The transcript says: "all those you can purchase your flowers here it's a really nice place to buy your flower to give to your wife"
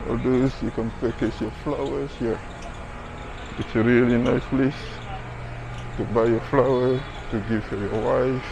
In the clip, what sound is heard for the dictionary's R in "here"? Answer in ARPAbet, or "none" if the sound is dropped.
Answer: W